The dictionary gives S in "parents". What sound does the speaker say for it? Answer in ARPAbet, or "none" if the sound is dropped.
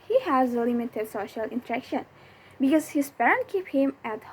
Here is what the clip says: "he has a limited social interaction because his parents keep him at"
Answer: none